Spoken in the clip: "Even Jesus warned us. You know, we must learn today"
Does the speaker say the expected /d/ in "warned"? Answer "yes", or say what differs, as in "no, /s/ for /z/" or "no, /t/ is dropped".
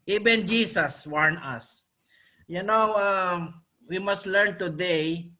no, /d/ is dropped